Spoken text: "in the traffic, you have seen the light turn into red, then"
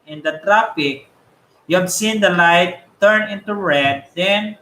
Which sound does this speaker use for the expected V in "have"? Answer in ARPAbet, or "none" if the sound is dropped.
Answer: B